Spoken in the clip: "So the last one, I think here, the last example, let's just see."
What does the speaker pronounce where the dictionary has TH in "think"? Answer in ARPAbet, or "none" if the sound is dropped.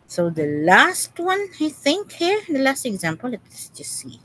TH